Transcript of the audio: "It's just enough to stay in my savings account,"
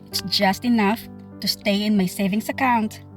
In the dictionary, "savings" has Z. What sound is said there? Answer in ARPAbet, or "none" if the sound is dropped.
S